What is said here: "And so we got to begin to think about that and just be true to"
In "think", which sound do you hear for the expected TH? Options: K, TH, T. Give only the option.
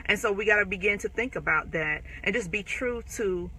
TH